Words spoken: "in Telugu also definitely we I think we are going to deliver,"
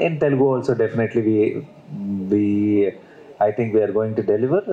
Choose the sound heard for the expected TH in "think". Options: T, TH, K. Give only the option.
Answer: T